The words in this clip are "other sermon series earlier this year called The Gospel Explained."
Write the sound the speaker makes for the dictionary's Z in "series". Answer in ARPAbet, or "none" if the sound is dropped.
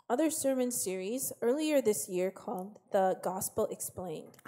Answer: Z